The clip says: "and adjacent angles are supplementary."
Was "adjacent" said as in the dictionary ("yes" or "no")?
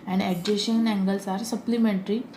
no